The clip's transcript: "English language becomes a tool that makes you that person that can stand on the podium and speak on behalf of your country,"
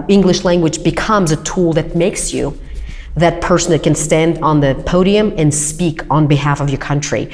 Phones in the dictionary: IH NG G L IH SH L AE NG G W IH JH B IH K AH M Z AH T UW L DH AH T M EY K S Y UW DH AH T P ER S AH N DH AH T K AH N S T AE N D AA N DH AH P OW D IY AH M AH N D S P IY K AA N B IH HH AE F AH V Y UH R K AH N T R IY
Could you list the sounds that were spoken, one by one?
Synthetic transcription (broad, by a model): IH NG G L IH SH L AE NG G W IH JH B IH K AH M Z AH T UW L DH AH T M EY K S Y UW DH AH T P ER S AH N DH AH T K AH N S T AE N D N DH AH P OW D IY AH M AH N S P IY K N B IH HH AE F AH V Y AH R K AH N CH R IY